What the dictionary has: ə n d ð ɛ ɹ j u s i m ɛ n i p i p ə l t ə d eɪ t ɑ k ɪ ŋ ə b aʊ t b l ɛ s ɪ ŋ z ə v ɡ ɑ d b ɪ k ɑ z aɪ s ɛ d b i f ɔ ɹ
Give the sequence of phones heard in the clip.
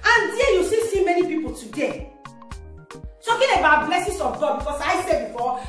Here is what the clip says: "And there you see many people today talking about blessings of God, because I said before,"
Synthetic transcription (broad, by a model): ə n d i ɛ j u s i m ɛ n i p i p ə l t ə d eɪ t ɑ k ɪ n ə b aʊ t b l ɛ s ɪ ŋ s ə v ɡ ɑ d b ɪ k ɑ s aɪ s ɛ d b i f ɔ